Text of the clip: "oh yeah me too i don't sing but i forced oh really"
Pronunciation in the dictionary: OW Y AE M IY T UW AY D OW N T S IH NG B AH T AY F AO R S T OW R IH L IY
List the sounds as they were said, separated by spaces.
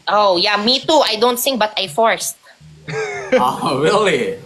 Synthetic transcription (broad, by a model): OW Y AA M IY T UW AY D OW N T S IH NG B AH T AY F AO R S T OW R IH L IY